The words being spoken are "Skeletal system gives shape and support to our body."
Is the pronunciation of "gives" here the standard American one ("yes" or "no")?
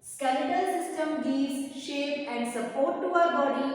no